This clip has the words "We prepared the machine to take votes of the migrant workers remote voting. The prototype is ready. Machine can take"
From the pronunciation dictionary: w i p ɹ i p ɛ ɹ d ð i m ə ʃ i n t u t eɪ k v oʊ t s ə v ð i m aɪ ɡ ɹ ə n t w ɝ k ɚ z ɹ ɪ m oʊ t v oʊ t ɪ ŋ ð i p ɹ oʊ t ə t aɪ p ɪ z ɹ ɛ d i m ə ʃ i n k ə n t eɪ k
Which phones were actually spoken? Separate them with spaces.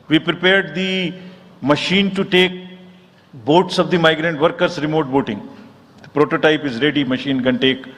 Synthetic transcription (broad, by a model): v i p ɹ i p ɛ ɹ d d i m ə ʃ i n t u t eɪ k b oʊ t s ə v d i m aɪ ɡ ɹ ə n t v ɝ k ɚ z ɹ ɪ m oʊ t b oʊ t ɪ ŋ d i p ɹ oʊ t ə t aɪ p ɪ z ɹ ɛ d i m ə ʃ i n k ə n t eɪ k